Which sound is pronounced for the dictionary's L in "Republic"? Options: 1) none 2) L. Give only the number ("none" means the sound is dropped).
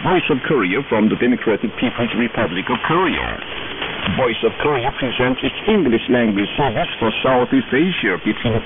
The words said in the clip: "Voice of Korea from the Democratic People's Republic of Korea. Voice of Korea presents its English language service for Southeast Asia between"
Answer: 2